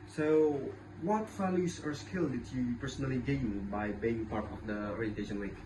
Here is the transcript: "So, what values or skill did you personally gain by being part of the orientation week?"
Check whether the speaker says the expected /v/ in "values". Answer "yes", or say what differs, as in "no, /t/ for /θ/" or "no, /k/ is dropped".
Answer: no, /f/ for /v/